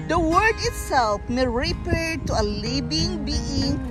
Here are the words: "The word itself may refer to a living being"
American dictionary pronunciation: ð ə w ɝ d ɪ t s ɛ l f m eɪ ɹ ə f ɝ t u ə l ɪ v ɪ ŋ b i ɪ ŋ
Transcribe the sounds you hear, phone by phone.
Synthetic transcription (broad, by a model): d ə w ɝ d ɪ t s ɛ l f m eɪ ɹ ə p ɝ t u ə l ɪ b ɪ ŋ b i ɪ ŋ